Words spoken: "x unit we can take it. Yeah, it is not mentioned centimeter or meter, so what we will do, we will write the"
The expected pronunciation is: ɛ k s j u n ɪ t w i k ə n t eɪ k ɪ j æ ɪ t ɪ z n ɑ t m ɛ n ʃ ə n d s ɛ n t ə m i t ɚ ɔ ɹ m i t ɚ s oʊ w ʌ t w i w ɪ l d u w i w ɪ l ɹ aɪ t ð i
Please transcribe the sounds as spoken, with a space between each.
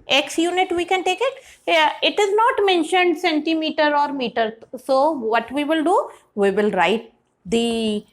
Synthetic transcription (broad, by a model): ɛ k s j u n ɪ t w i k ə n t eɪ k ɪ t ɪ t ɪ z n ɑ t m ɛ n ʃ ə n d s ɛ n t ə m i t ɚ ɔ ɹ m i t ɚ s oʊ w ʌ t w i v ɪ l d u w i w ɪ l ɹ aɪ t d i